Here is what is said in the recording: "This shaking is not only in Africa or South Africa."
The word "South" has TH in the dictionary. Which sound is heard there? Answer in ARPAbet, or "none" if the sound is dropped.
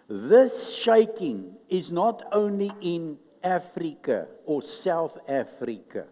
TH